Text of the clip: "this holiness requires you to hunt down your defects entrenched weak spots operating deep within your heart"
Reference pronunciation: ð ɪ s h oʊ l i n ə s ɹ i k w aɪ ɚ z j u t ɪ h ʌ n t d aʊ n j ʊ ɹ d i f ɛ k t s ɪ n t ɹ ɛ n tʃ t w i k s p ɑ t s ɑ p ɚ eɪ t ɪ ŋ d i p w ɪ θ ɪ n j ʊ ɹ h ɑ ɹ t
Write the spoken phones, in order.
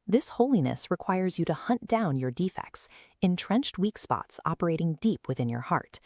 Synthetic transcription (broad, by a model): ð ɪ s h oʊ l i n ə s ɹ i k w aɪ ɚ z j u t ɪ h ʌ n d aʊ n j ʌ ɹ d i f ɛ k t s ɪ n t ɹ ɛ n tʃ t w i k s p ɑ t s ɑ p ɚ eɪ t ɪ ŋ d i p w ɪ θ ɪ n j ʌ ɹ h ɑ ɹ t